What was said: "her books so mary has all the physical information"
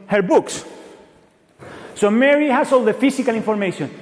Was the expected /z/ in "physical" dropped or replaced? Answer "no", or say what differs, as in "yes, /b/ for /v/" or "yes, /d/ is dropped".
yes, /s/ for /z/